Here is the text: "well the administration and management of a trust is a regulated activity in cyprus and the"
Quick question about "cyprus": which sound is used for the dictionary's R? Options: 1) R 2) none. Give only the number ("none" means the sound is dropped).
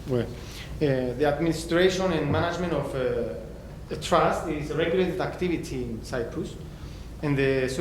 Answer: 1